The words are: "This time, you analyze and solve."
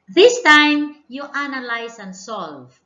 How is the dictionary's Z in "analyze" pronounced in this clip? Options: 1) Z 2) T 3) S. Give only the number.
3